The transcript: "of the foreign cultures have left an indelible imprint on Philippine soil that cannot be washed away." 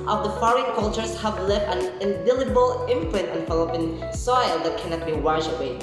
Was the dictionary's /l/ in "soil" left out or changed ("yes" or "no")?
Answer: no